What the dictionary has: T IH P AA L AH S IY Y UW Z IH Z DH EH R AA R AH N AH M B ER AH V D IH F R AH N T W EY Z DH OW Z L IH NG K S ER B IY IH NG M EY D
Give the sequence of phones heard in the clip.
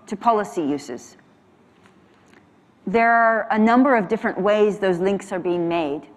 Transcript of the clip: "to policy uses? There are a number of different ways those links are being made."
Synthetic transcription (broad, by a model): T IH P AA L AH S IY Y UW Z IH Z DH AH R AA R AH N AH M B ER AH V D IH F R AH N T W EY Z DH OW Z L IH NG K S ER B IY IH NG M EY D